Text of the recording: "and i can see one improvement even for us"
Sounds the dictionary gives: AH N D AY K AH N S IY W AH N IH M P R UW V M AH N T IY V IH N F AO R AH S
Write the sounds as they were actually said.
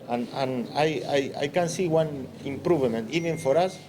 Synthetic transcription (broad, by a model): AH N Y AY K AH N S IY W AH N IH M P R UW V M AH N T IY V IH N F AO R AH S